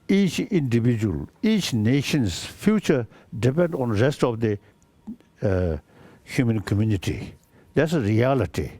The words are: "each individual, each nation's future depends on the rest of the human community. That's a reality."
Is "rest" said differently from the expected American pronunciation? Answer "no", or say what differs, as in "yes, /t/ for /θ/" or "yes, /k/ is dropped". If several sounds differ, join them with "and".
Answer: no